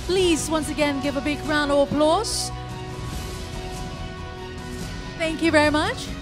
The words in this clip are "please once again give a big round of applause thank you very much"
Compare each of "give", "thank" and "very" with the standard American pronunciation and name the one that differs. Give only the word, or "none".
none